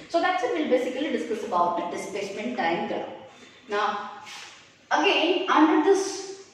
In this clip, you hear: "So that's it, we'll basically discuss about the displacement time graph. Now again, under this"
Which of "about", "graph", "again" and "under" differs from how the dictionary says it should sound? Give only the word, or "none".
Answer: graph